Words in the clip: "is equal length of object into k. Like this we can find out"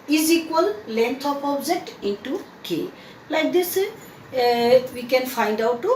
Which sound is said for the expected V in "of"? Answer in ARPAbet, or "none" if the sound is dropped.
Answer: P